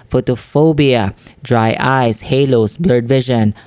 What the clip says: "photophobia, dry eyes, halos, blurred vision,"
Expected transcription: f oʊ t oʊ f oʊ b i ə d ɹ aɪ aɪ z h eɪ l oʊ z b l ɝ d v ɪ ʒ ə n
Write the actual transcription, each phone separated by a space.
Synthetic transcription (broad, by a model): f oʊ t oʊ f oʊ b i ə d ɹ aɪ aɪ s h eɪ l oʊ s b l ɝ d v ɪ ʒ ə n